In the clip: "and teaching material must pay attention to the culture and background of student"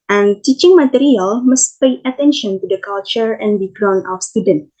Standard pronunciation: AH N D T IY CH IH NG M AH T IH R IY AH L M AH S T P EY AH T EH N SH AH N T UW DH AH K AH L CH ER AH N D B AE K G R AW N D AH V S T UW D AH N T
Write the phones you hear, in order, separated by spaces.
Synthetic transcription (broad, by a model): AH N T IY CH IH NG M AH T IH R IY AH L M AH S T P EY AH T EH N SH AH N T UW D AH K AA L CH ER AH N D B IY G R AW N AH F S T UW D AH N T